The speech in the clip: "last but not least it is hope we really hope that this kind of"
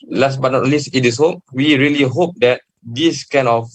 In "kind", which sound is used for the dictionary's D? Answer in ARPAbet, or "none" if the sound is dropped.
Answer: none